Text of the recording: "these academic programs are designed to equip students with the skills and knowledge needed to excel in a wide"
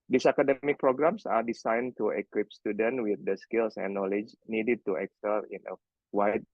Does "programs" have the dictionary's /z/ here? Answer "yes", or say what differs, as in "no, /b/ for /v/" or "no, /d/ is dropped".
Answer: no, /s/ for /z/